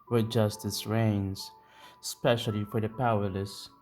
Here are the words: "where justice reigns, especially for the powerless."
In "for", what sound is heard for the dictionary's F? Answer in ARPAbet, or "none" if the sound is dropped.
F